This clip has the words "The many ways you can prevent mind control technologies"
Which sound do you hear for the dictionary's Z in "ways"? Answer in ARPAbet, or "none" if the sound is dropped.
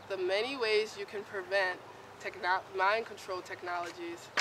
Z